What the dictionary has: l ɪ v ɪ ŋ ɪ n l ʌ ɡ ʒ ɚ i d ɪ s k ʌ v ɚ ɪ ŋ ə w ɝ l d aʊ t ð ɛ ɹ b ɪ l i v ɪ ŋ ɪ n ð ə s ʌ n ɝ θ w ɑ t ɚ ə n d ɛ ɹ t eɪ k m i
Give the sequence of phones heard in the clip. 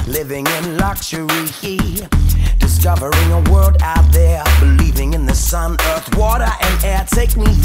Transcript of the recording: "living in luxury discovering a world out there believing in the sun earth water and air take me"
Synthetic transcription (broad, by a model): l ɪ v ɪ ŋ ɪ n l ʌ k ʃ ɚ i d ɪ s k ʌ v ɚ ɪ ŋ ə w ɝ l d aʊ t ð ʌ ɹ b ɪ l i v ɪ ŋ ɪ n ð ə s ʌ n ɝ θ w ɑ t ɚ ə n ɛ t eɪ k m i